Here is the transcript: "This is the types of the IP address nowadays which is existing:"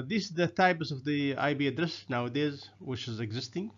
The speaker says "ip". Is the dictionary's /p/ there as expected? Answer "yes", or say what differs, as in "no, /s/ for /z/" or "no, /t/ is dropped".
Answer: no, /b/ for /p/